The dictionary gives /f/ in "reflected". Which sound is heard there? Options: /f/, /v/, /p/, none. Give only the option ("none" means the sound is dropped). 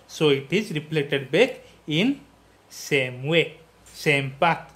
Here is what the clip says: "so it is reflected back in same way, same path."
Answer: /p/